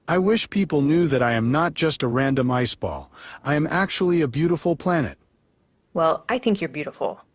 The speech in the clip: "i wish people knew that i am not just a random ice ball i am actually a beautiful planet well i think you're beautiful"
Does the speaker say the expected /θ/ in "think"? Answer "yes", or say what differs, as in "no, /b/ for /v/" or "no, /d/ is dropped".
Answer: yes